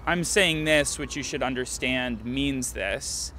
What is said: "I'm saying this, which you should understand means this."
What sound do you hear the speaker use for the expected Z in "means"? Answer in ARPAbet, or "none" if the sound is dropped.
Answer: Z